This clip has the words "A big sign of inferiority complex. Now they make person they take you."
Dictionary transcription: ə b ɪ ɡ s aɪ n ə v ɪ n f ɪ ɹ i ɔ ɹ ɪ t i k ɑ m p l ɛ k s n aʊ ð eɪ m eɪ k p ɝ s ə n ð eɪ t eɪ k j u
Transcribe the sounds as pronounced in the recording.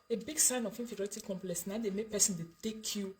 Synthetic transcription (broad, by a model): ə b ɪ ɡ s aɪ n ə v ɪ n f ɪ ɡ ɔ ɪ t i k ɑ m p l ɛ k s n aʊ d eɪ m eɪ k p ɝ s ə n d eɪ t eɪ k j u